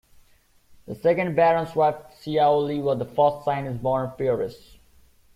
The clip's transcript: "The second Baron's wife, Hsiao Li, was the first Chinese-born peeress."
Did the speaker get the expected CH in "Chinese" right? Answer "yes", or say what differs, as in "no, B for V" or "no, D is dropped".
no, S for CH